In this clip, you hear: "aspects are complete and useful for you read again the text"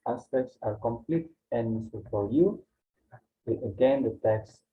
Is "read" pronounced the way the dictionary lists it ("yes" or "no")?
no